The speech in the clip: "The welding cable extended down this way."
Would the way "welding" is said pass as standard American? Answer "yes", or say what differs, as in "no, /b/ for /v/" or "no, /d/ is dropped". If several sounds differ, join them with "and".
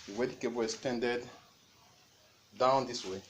no, /l/ is dropped